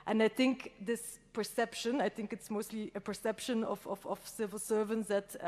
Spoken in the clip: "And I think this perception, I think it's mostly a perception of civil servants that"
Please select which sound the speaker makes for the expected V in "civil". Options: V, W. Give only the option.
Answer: V